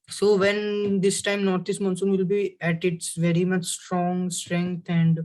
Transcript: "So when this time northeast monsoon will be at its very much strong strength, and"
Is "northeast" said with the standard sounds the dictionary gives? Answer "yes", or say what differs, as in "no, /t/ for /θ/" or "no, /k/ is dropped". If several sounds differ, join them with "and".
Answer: no, /t/ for /θ/